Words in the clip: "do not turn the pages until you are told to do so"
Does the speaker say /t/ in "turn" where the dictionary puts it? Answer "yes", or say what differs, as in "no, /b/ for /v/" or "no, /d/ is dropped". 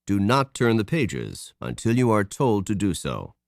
yes